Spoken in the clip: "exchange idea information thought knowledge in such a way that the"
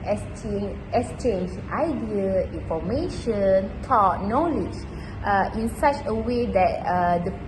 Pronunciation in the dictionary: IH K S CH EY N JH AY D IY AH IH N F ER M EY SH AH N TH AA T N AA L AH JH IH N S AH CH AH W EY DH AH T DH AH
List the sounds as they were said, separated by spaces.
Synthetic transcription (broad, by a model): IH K S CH EY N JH AY D IY AH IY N F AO M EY SH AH N T AA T N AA L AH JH IH N S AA CH AH W EY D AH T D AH